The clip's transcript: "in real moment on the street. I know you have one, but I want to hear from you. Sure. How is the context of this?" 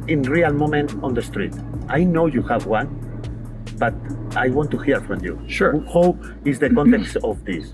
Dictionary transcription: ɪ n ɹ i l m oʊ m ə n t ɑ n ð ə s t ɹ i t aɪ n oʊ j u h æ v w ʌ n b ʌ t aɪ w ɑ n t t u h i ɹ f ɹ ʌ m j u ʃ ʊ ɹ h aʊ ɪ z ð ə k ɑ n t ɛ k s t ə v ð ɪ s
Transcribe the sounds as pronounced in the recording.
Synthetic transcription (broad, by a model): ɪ n ɹ i l m oʊ m ə n t ɑ n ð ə s t ɹ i t aɪ n oʊ j u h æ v w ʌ n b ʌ t aɪ w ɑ n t t u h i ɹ f ɹ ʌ m j u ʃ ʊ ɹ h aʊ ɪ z ð ə k ɑ n t ɛ k s t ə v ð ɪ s